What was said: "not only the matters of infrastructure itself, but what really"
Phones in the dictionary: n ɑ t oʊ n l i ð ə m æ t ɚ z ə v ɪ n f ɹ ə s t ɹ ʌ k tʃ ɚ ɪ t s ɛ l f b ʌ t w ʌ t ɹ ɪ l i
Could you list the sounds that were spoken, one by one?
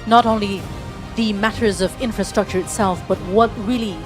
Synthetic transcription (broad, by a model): n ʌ t oʊ n l i ð ə m æ t ɚ z ə v ɪ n f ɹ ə s t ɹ ʌ k tʃ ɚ ɪ t s ɛ l f b ʌ t w ʌ t ɹ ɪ l i